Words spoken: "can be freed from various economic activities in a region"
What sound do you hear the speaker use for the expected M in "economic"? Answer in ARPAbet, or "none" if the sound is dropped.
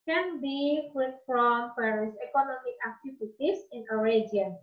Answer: M